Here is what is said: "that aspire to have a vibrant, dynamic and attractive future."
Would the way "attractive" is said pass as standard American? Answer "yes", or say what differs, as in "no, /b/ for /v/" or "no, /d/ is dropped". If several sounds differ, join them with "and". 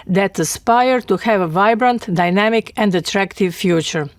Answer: yes